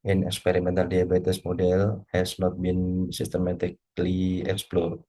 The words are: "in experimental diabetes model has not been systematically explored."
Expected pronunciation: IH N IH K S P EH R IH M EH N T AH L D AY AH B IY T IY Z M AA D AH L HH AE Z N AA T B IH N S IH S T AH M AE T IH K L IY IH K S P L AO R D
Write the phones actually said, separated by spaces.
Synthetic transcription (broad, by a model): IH N IH K S P EH R IH M EH N T AH L D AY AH B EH T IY S M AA D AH L HH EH S N AA T B IH N S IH S T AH M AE T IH K L IY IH K S P L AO R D